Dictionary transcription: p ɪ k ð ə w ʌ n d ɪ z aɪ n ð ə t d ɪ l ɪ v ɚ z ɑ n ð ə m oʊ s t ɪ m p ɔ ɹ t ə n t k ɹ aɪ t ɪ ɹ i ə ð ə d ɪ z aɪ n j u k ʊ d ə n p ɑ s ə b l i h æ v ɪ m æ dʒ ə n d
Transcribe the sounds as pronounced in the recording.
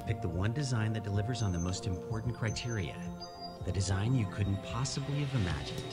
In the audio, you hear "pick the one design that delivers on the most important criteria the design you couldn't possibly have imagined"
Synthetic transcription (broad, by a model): p ɪ k ð ə w ʌ n d ɪ z aɪ n ð ə t d ɪ l ɪ v ɚ z n ð ə m oʊ s t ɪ m p ɔ ɹ t n k ɹ aɪ t ɪ ɹ i ə ð ə d ɪ z aɪ n j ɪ k ʊ d n p ɑ s ə b l i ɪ v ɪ m æ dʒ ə n